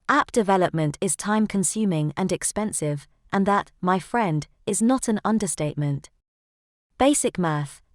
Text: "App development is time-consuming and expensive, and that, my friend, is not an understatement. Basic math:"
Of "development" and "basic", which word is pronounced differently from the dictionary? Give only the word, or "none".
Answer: none